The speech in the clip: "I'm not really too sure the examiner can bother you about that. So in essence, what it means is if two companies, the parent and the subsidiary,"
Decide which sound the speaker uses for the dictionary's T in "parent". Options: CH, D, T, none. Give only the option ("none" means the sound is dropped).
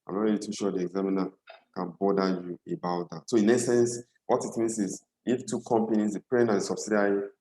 none